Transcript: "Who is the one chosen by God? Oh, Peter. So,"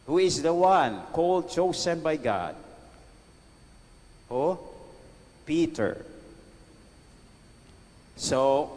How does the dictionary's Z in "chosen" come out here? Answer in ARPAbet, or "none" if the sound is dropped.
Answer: S